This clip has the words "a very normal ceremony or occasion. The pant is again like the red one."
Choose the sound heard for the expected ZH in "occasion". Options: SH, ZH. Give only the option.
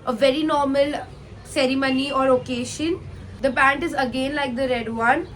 SH